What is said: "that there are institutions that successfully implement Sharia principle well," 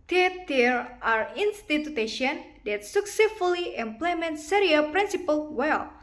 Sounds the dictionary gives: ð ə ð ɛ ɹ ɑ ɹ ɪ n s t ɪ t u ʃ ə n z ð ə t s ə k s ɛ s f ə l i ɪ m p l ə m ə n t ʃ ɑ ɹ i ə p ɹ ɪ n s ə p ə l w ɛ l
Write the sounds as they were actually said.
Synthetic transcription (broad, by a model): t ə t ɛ ɹ ɑ ɹ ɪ n s t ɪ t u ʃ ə n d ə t s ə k s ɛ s f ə l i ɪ m p l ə m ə n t s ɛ ɹ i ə p ɹ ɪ n s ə p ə l w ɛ l